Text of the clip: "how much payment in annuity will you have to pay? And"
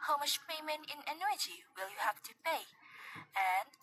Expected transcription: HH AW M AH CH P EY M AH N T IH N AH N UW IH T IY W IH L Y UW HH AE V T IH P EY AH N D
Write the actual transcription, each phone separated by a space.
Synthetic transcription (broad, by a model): HH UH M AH SH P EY M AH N IH N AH N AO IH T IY W IH L Y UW HH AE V T IH P EY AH N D